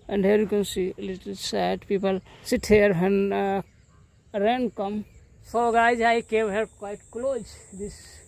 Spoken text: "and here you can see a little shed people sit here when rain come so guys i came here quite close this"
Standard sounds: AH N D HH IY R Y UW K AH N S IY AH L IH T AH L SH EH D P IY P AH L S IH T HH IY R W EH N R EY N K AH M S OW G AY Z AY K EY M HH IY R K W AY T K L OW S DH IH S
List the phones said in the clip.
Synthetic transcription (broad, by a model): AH N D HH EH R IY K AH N S IY L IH T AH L S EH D P IY P AH L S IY T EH R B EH N R EY N K AH M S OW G AY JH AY K EY M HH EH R K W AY T K L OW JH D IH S